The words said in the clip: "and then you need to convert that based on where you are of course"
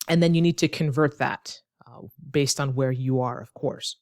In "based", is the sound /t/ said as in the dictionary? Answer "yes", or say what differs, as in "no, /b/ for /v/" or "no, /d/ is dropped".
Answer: yes